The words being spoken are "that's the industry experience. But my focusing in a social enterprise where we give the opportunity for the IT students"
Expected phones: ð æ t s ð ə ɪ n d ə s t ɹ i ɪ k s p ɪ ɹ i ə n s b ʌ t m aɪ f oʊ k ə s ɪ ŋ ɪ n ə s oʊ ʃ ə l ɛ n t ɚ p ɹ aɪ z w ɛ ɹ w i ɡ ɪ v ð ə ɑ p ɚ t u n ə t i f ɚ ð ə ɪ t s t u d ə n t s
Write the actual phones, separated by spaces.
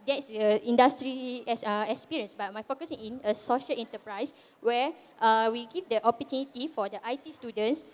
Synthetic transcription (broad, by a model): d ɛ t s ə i n d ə s t ɹ i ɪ k s p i ɹ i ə n s b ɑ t m aɪ f oʊ k ə s ɪ ŋ ɪ n ə s oʊ ʃ ə l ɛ n t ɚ p ɹ aɪ s w ɛ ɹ w i ɡ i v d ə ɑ p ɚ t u n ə t i f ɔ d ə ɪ t s t u d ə n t s